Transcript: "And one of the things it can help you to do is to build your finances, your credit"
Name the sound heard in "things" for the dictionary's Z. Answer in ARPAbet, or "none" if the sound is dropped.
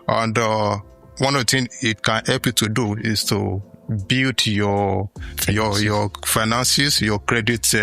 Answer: none